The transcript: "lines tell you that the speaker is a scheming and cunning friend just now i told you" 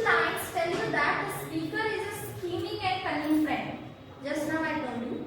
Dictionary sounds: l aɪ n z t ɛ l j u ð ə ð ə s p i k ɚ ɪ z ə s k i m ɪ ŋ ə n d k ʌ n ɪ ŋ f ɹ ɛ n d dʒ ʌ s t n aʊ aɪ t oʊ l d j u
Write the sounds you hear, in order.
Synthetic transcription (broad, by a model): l aɪ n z t ɛ l j u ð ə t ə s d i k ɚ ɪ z ə s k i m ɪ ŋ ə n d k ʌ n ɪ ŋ f ɹ ɛ n d dʒ ʌ s t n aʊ aɪ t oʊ d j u